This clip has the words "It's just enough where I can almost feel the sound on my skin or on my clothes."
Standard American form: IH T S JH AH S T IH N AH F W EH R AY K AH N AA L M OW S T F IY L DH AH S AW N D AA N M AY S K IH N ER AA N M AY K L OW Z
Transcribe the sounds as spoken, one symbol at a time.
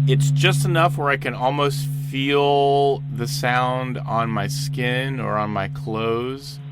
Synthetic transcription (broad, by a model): IH T S JH AH S T IH N AH F W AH R AY K AH N AA L M OW S T F IY L DH AH S AW N D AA N M AY S K IH N ER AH N M AY K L OW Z